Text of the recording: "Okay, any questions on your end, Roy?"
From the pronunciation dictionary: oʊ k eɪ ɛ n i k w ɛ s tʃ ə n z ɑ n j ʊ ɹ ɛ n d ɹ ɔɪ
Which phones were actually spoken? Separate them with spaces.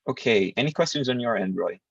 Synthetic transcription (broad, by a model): oʊ k eɪ ɛ n i k w ɛ s tʃ ə n z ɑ n j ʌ ɹ ɛ n d ɹ ɔɪ